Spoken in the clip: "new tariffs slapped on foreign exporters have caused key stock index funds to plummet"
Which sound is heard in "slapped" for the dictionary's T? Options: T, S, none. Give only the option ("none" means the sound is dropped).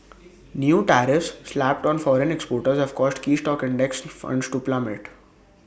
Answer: T